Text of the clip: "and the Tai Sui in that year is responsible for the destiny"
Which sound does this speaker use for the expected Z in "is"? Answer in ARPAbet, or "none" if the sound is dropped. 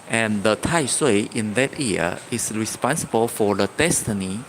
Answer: S